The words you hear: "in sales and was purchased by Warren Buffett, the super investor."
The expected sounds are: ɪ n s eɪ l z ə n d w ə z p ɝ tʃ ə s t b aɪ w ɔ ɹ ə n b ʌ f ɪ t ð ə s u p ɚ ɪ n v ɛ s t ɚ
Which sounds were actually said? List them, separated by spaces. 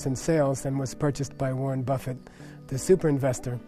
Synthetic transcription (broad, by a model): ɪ n s eɪ l z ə n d w ə z p ɝ tʃ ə s b aɪ w ɔ ɹ n b ʌ f ɪ t ð ə s u p ɚ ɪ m v ɛ s t ɚ